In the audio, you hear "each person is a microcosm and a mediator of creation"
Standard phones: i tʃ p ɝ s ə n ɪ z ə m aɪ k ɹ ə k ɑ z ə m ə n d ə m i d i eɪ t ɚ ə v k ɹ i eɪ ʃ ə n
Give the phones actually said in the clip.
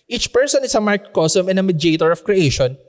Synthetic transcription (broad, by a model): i tʃ p ɝ s ə n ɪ s ə m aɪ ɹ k k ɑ s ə m ə n d ə m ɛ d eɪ t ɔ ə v k ɹ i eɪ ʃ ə n